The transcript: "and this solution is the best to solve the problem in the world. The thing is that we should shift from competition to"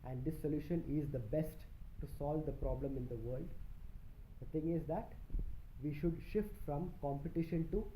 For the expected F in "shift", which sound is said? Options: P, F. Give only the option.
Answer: F